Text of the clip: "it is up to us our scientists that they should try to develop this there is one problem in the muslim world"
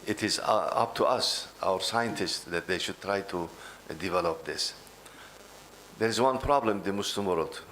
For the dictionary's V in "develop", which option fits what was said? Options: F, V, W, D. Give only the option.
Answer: V